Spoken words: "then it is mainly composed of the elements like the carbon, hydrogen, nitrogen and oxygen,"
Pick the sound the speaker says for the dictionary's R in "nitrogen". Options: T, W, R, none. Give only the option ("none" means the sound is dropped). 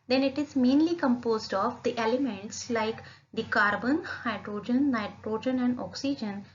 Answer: R